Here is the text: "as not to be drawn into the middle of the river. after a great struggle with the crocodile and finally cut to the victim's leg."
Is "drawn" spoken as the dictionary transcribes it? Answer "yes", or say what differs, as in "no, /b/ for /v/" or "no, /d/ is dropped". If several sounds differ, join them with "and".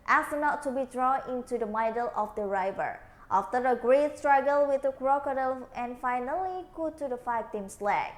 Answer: yes